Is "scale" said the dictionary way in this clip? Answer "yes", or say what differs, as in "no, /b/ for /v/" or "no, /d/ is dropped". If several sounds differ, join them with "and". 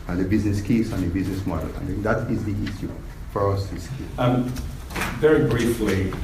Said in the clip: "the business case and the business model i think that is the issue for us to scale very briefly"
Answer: no, /n/ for /l/